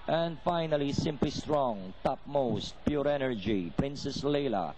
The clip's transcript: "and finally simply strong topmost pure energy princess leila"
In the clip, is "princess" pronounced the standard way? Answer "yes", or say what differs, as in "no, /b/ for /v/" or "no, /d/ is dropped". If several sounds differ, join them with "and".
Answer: yes